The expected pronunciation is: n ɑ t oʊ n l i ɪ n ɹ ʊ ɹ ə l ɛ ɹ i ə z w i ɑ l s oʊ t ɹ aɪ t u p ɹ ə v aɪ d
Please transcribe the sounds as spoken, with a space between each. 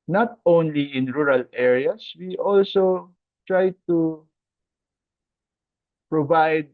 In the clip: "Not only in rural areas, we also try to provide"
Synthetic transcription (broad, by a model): n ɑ t oʊ n l i ɪ n ɹ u ɹ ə l ɛ ɹ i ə s w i ɑ l s oʊ t ɹ aɪ t u p ɹ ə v aɪ d